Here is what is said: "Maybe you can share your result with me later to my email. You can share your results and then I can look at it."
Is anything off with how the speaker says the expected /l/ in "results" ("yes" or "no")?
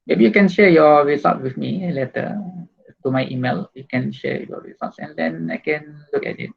yes